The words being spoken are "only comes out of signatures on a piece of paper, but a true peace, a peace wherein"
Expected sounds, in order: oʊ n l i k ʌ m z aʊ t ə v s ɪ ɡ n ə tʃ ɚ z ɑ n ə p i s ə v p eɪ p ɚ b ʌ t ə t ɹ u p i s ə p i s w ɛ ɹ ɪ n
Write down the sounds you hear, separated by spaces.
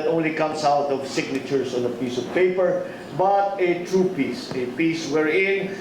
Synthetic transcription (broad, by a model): oʊ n l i k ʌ m s aʊ t ə v s ɪ ɡ n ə tʃ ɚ s ɑ n ə p i s ə v p eɪ p ɚ b ʌ t ə t ɹ u p i s ə p i s w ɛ ɹ ɪ n